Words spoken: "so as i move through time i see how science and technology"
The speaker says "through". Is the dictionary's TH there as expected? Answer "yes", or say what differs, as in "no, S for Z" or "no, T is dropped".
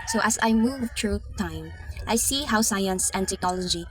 no, T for TH